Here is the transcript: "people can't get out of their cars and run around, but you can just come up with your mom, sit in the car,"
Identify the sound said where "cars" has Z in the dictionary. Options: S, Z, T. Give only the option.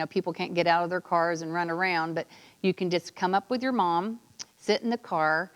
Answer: Z